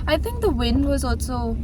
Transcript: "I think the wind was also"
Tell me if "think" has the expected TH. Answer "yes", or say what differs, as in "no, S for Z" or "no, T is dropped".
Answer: yes